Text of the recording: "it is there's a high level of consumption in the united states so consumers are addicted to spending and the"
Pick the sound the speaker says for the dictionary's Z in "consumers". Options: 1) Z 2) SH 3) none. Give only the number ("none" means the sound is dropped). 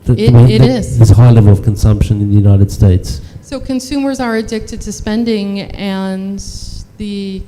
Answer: 1